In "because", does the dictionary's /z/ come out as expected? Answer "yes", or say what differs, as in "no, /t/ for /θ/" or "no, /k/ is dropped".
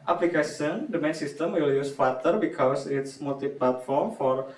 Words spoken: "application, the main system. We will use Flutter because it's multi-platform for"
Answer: no, /s/ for /z/